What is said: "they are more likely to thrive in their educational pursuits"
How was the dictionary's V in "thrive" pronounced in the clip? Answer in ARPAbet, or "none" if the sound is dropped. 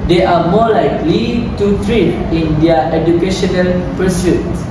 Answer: none